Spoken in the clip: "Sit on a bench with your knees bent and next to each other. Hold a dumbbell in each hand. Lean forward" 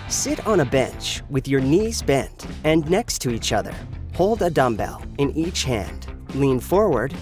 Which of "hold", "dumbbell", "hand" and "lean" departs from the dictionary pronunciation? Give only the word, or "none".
none